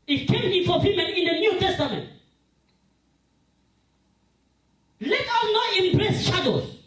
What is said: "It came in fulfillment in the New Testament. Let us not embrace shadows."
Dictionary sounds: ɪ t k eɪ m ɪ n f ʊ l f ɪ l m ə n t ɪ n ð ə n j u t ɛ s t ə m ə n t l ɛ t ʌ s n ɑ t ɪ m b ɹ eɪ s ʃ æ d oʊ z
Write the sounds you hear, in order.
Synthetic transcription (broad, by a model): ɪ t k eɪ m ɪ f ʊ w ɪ m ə n ɪ n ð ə n j u t ɛ s t ə m ə n t l ɛ t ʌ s n ɑ t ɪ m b ɹ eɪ s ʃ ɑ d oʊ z